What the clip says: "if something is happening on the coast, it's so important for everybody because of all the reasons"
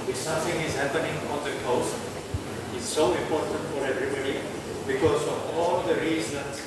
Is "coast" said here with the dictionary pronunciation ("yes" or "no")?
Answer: no